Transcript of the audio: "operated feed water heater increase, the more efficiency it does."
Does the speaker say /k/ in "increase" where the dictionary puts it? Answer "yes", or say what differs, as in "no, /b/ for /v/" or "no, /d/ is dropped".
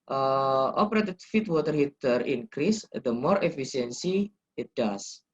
yes